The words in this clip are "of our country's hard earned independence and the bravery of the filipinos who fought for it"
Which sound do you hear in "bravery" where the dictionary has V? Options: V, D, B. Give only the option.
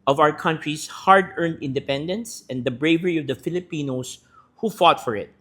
V